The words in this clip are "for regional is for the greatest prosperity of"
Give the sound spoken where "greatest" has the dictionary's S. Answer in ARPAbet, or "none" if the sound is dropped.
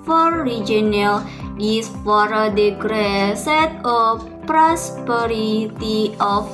none